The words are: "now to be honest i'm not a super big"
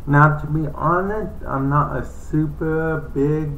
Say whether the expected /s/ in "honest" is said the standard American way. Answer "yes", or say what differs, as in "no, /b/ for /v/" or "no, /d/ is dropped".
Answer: no, /s/ is dropped